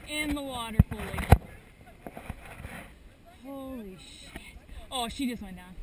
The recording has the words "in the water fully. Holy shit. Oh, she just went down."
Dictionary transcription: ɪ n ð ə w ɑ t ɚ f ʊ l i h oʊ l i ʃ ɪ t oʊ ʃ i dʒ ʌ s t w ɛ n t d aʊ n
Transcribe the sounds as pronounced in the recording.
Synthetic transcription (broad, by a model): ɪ n ð ə w ɑ t ɚ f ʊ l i h oʊ l i ʃ ɪ t oʊ ʃ i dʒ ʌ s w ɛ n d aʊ